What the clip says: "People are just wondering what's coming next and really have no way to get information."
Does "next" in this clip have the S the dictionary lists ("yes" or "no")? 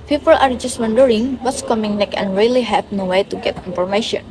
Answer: no